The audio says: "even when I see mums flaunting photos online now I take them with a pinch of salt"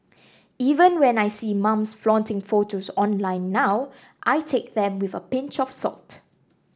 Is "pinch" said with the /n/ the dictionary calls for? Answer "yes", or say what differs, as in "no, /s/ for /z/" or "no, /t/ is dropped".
yes